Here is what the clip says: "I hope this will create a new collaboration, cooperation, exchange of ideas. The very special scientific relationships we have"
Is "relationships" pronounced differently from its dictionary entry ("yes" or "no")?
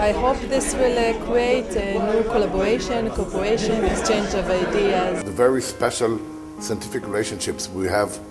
no